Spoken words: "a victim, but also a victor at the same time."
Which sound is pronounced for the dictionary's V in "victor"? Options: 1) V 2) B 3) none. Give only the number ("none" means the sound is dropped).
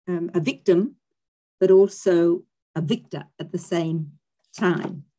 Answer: 1